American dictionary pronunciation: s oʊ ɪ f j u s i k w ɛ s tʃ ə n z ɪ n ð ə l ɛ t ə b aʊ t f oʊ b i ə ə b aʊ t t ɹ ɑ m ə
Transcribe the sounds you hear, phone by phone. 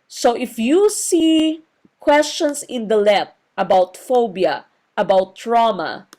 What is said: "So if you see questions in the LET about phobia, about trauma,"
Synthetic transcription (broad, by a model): s oʊ ɪ f j u s i k w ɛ s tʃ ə n s ɪ n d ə l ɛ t ə b aʊ t f oʊ b i ə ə b aʊ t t ɹ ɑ m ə